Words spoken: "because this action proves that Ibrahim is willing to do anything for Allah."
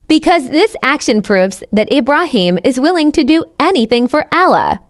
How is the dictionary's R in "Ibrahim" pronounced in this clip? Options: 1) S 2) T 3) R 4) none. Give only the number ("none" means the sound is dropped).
3